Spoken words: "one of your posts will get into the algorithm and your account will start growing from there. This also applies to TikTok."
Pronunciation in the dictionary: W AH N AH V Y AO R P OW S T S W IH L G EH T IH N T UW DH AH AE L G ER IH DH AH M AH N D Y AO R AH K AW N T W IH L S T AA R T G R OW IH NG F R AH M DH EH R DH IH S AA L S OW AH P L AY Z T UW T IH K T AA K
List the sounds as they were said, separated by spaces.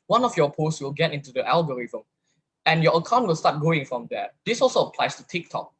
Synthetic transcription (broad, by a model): W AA N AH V Y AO P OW S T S W IH L G EH T IH N T UW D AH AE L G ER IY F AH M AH N Y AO AH K AW N T W IH L S T AA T G OW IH NG F R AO M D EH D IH S AA L S OW AH P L AY S T UW T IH K T AA K